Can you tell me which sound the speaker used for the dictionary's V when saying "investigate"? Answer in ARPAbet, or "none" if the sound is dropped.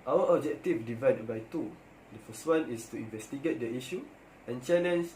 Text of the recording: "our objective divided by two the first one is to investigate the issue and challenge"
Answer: V